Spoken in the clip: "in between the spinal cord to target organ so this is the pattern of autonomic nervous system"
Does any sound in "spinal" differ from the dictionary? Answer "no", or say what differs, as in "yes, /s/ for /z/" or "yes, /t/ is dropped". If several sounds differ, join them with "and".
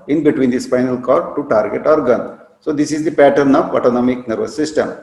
yes, /f/ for /p/